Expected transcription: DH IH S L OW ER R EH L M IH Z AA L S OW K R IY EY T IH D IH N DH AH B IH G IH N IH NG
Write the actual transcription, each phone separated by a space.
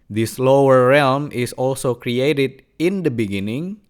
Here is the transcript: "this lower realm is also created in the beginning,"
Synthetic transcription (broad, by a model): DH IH S L OW ER R EH L M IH S AA L S OW K R IY EY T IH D IH N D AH B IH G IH N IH NG